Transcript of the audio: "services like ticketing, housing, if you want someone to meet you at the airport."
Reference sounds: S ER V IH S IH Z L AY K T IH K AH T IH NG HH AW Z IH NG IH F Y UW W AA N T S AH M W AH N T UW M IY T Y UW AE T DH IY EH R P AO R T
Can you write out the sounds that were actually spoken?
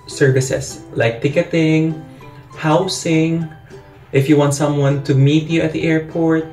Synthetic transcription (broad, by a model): S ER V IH S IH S L AY K T IH K AH T IH NG HH AW S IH NG IH F Y UW W AA N T S AH M W AH N T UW M IY T Y UW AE T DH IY EH R P AO R T